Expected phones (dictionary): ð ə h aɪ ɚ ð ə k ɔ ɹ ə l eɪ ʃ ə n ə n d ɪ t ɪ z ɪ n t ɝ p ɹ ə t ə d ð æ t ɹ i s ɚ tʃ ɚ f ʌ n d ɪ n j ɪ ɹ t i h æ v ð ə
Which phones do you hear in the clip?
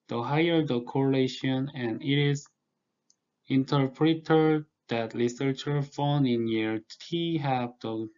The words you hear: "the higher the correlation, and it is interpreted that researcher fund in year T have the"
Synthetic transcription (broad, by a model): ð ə h aɪ ɚ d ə k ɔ ɹ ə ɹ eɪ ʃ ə n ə n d ɪ t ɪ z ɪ n t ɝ p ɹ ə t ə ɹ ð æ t l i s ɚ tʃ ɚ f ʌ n ɪ n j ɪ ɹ t i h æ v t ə